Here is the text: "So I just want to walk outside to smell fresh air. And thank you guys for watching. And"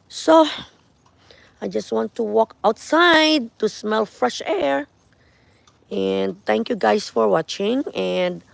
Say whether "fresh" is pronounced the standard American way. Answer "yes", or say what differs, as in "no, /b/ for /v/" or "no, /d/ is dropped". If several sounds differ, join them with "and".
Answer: yes